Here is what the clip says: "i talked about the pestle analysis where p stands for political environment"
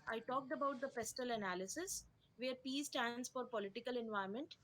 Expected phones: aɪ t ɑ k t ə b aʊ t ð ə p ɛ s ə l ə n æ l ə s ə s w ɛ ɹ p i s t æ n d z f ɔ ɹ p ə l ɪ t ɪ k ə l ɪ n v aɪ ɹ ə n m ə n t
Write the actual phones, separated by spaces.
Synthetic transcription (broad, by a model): aɪ t ɑ k t ə b aʊ t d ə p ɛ s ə l ə n æ l ə s ə s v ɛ ɹ p i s t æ n d s f ɔ ɹ p ə l ɪ t ɪ k ə l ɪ n v aɪ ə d m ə n t